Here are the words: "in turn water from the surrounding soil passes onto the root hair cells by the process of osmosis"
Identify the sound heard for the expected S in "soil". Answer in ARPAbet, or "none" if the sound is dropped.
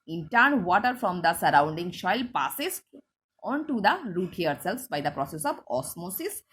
SH